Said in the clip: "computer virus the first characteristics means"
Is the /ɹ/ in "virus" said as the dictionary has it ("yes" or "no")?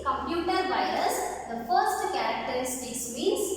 no